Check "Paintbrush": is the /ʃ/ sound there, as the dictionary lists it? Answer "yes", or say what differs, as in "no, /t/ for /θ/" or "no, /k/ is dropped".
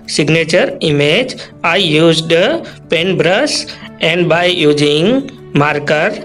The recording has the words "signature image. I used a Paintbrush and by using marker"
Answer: no, /s/ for /ʃ/